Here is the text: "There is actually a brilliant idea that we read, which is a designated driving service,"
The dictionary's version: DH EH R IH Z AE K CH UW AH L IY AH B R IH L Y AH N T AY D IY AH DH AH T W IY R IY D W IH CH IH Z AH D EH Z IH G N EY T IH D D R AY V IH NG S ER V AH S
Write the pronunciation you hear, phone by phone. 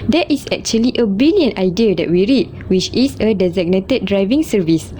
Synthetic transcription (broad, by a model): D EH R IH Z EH K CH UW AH L IY AH B IY L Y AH N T AY D IY AH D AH T W IY R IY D W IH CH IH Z AH D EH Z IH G N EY T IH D D R AY V IH NG S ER V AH S